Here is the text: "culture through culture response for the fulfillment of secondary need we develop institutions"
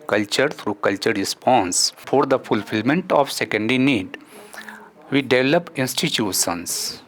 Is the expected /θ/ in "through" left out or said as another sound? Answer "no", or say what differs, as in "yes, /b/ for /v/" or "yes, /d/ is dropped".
yes, /t/ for /θ/